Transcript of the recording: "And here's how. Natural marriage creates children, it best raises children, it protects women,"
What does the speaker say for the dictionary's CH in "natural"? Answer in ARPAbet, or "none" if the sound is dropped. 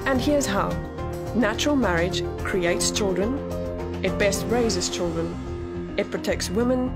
CH